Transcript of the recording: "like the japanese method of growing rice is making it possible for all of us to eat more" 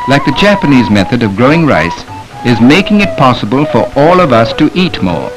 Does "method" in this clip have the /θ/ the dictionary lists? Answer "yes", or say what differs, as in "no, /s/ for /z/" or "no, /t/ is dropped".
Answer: yes